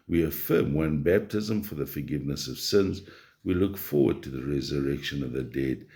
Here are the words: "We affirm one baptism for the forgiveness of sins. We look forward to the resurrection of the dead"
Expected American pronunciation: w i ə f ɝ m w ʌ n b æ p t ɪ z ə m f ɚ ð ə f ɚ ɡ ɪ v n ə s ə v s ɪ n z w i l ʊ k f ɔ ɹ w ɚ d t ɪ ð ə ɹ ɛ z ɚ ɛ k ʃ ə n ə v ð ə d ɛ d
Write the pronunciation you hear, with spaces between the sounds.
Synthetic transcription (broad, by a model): w i ə f ɝ m w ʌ n b æ p t ɪ z ə m f ɚ ð ə f ɚ ɡ ɪ v n ə s ə v s ɪ n z w i l ʊ k f ɔ ɹ w ɚ d t ɪ ð ə ɹ ɛ z ɚ ɛ k ʃ ə n ə v ð ə d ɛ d